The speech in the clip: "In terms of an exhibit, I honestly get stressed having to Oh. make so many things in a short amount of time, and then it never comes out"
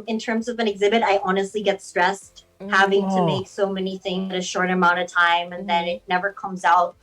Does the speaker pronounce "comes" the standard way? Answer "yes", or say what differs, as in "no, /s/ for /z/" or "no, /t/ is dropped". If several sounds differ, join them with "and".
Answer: yes